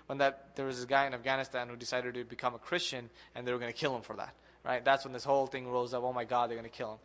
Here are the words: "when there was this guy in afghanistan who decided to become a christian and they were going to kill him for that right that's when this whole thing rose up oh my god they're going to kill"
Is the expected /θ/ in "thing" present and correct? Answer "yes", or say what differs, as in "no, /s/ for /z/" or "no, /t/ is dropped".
yes